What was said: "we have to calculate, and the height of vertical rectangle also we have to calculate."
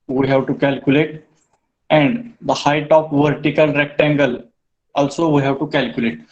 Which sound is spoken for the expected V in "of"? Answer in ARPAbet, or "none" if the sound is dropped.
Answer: P